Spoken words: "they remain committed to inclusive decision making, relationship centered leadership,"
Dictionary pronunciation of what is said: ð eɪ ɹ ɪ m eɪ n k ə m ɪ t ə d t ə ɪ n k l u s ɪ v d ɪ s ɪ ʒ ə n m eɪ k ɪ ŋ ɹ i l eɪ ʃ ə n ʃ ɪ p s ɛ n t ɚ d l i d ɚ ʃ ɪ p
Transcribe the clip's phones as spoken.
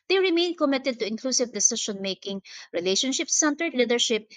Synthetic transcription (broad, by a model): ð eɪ ɹ ɪ m eɪ n k ə m ɪ t ə d t ə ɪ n k l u s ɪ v d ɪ s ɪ ʃ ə n m eɪ k ɪ ŋ ɹ i l eɪ ʃ ə n ʃ ɪ p s ɛ n t ɚ d l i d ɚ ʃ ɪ p